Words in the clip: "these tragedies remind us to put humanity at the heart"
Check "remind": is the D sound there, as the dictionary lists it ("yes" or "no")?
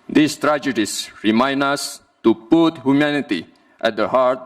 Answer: no